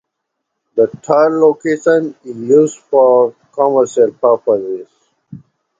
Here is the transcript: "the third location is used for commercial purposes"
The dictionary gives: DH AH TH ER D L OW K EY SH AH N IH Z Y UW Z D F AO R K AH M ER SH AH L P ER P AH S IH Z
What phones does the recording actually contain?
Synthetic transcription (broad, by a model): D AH T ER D L OW K EY SH AH N IH Z Y UW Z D F AO R K AH M ER SH AH L P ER P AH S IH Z